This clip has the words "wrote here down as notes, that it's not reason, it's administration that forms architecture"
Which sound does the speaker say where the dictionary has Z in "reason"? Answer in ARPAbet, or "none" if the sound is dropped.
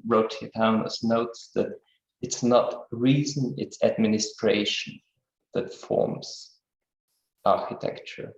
Z